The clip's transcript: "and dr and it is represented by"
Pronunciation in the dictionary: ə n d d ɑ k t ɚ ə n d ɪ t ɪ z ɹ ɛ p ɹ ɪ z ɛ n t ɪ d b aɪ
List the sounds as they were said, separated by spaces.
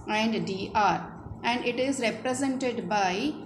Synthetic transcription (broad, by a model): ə n d d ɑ t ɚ ə n d ɪ t ɪ z ɹ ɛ p ɹ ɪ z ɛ n t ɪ d b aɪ